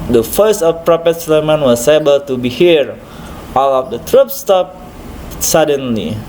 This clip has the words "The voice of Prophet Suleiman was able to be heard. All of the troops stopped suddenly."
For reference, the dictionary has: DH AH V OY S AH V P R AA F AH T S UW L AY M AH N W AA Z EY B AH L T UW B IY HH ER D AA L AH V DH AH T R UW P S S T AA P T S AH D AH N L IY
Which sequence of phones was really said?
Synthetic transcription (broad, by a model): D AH F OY S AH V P R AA P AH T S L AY M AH N W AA S EY B AH L T UW B IY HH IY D AA L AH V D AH T R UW P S S T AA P S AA D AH N L IY